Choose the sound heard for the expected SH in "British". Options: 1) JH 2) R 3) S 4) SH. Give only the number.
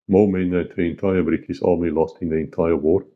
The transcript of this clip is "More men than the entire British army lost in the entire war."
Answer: 3